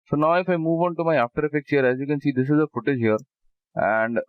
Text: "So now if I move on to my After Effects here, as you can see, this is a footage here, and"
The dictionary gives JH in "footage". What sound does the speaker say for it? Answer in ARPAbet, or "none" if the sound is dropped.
JH